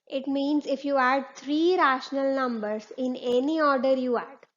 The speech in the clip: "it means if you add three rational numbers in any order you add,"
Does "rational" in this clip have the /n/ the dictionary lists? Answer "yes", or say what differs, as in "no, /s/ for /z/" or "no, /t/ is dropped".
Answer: yes